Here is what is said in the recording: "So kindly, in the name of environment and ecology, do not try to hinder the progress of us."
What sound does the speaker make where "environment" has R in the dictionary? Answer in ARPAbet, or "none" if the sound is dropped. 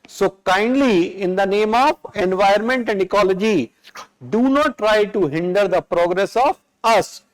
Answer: none